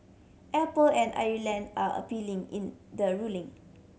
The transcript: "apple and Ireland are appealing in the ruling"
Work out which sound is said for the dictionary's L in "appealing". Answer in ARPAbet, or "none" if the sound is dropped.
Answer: L